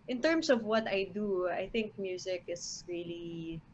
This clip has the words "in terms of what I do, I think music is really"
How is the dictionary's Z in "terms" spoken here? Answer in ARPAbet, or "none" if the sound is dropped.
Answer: S